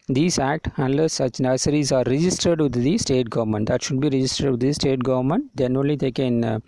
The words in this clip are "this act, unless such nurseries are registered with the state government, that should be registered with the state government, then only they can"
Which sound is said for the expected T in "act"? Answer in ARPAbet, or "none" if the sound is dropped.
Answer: T